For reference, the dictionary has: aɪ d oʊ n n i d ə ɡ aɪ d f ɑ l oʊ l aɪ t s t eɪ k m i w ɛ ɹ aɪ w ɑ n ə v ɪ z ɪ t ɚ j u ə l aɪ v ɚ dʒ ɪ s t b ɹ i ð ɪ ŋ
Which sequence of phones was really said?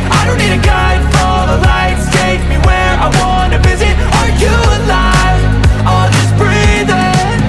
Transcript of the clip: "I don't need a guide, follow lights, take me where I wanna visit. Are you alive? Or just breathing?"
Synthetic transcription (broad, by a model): aɪ d oʊ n n i d ə ɡ aɪ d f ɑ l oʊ l aɪ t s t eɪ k m i w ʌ ɹ aɪ w ɑ n ə v ɪ z ɪ t ɚ j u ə l aɪ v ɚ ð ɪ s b ɹ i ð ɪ